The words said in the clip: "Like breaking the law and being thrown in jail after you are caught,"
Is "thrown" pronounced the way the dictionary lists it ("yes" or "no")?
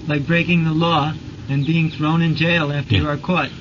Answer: yes